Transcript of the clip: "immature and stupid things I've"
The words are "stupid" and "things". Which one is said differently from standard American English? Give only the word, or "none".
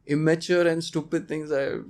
things